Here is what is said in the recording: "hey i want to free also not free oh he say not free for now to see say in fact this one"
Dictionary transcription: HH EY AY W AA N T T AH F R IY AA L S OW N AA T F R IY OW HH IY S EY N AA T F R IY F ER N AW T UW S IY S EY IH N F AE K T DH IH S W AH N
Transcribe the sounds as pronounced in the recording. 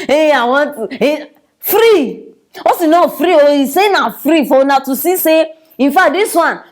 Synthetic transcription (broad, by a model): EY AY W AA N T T F R IY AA S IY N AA F R IY OW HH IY S EY N AA F R IY F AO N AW T UW S IY S EY IH N F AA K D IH S W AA N